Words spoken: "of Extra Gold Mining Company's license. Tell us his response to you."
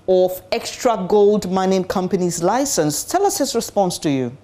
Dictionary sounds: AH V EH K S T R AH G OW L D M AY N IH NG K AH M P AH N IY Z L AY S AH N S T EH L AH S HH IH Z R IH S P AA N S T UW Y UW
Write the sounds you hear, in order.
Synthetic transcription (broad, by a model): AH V EH K S T R AH G OW L D M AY N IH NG K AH M P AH N IY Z L AY S AH N S T EH L AH S HH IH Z R IH S P AA N S T UW Y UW